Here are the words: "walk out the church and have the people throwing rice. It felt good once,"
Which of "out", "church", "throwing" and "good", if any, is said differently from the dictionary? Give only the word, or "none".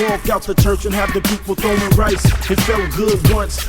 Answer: throwing